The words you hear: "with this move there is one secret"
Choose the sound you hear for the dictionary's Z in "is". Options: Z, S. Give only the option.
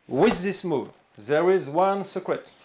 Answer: Z